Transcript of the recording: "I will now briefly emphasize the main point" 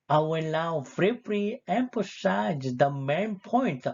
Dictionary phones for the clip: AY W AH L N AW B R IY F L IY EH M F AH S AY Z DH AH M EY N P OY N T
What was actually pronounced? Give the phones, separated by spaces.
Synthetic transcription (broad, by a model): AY W AH L N AW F R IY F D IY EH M P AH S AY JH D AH M EY N P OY N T